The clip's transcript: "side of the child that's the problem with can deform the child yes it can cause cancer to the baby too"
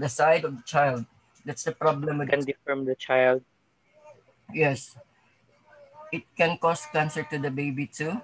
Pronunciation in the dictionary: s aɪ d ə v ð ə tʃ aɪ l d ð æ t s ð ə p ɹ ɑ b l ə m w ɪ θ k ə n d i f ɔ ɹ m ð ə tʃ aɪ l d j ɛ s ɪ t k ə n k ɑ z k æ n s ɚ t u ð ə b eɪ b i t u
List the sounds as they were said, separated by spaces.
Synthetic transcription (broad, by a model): s aɪ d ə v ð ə tʃ aɪ l d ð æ t s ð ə p ɹ ɑ b l ə m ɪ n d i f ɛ ɹ m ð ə tʃ aɪ l d j ɛ s ɪ t k ə n k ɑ s k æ n s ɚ t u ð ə b eɪ b i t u